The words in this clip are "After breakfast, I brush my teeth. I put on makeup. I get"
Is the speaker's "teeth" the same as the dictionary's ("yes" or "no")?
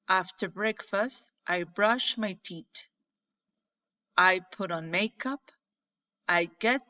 no